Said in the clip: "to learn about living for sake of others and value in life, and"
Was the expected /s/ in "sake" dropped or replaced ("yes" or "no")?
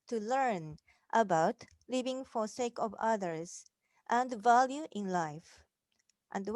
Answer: no